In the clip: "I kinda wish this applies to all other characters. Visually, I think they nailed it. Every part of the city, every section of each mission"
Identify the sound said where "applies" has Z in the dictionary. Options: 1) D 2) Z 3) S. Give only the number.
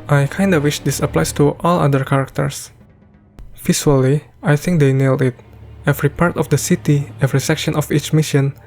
3